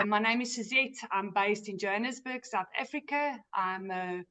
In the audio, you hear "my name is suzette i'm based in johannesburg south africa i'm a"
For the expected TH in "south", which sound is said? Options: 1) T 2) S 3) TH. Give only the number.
3